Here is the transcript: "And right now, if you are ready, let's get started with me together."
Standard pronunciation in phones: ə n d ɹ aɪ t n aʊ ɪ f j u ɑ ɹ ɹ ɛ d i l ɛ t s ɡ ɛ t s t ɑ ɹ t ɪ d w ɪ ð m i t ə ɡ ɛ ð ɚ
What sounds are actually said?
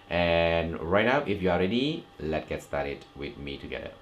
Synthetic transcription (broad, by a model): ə n ɹ aɪ t n aʊ ɪ f j u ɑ l ɹ ɛ d i l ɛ t ɡ ɛ t s t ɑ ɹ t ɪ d w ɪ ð m i t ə ɡ ɛ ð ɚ